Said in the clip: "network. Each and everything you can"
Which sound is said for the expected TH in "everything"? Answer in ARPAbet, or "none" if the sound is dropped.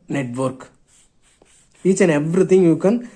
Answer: T